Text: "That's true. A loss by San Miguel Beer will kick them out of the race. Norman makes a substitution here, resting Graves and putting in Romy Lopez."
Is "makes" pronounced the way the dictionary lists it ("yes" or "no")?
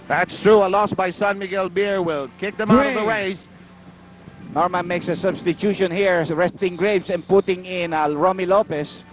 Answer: yes